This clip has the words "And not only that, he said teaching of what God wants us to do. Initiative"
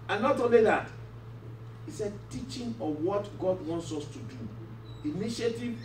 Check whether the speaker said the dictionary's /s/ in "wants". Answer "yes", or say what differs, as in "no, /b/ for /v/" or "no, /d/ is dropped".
yes